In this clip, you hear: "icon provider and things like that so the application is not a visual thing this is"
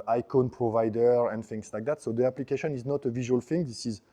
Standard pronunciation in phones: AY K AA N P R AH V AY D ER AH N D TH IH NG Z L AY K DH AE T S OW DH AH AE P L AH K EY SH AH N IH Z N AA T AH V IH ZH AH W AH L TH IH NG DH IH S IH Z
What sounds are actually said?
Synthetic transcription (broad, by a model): AY K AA N P R AH V AY D ER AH N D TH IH NG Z L AY K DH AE T S OW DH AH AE P L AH K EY SH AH N IH Z N AA T AH V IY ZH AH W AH L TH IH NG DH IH S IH Z